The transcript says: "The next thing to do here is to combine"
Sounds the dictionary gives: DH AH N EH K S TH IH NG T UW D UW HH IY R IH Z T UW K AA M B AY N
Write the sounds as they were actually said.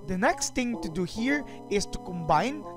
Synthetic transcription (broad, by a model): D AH N EH K S T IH NG T UW D UW HH IY R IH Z T UW K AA M B AY N